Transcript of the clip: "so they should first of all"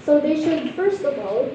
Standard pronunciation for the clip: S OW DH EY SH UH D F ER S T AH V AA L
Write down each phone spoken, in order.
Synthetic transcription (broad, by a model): S OW DH EY SH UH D F ER S T AH V AA L